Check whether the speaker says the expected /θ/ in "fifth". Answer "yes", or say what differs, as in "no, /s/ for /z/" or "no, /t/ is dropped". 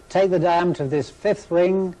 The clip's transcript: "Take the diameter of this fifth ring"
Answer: yes